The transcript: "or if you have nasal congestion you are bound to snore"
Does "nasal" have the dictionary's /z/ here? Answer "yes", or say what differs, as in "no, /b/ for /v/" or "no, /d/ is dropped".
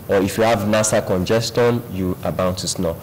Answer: no, /s/ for /z/